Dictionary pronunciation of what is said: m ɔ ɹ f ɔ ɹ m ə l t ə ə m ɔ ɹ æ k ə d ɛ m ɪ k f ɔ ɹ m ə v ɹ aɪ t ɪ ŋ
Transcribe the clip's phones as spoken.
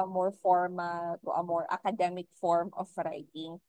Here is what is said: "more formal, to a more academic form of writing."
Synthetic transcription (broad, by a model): m ɔ ɹ f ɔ ɹ m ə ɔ t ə ə m ɔ ɹ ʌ k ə d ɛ m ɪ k f ɔ ɹ m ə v ɹ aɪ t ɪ ŋ